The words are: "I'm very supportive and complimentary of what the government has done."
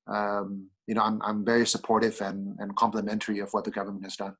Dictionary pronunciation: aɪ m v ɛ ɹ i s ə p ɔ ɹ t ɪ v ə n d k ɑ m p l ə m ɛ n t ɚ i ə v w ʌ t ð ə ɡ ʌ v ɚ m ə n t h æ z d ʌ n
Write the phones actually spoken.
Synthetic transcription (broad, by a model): aɪ m v ɛ ɹ i s ə p ɔ ɹ t ɪ v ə n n k ɑ m p l ə m ɛ n t ɚ i ə v w ʌ t ð ə ɡ ʌ v ɚ m ə n t h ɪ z d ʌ n